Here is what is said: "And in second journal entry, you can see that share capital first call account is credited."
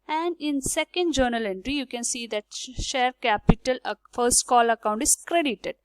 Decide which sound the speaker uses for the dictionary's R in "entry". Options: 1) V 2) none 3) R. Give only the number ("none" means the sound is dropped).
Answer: 3